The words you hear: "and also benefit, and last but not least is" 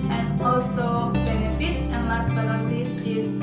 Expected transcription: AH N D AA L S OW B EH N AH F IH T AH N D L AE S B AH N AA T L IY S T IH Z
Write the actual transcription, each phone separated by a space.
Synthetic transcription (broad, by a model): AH N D AA L S OW B EH N AH F IH T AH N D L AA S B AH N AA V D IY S IH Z